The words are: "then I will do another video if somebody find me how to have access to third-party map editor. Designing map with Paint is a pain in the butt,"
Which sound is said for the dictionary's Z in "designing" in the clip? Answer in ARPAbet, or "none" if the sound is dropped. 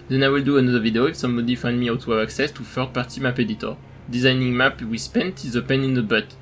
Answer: Z